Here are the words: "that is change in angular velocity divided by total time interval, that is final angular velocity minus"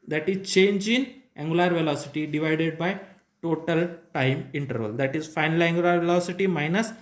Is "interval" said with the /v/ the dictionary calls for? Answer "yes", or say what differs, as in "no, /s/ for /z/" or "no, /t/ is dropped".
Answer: yes